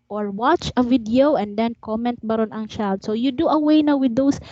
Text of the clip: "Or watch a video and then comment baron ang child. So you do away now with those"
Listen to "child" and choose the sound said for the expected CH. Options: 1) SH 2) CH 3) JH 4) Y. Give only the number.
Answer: 1